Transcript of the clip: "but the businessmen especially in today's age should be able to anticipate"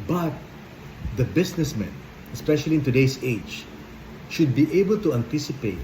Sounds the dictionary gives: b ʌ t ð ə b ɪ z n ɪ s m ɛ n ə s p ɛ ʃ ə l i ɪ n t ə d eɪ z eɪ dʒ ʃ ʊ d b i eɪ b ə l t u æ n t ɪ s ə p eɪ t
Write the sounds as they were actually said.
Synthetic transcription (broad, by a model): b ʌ t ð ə b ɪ s n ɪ s m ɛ n ə s p ɛ ʃ ə l i ɪ n t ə d eɪ s eɪ dʒ ʃ ʊ d b i eɪ b ə l t u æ n t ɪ s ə p eɪ t